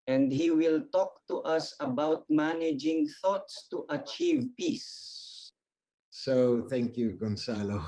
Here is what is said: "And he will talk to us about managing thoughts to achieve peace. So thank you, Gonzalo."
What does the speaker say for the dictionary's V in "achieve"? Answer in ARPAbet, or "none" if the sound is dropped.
V